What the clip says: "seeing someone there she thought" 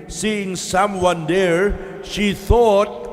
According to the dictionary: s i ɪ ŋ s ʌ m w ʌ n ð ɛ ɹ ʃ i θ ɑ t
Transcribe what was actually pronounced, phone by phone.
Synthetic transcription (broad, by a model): s i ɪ ŋ s ʌ m w ʌ n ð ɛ ɹ ʃ i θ ɑ t